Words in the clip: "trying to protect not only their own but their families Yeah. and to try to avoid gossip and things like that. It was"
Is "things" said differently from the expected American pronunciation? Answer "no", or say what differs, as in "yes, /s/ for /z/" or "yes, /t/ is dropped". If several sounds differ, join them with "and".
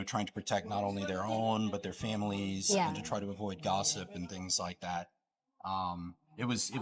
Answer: no